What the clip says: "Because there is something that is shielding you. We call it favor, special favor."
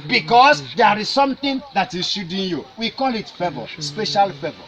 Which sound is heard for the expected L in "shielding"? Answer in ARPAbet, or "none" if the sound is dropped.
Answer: none